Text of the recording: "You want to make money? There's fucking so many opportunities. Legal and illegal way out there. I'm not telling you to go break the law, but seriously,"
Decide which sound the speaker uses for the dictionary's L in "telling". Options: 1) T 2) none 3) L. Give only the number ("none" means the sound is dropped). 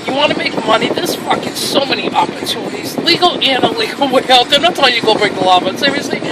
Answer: 2